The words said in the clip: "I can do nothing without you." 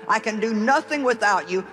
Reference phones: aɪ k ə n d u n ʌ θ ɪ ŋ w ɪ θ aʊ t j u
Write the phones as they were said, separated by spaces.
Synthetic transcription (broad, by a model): aɪ k ə n d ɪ n ʌ θ ɪ ŋ w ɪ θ aʊ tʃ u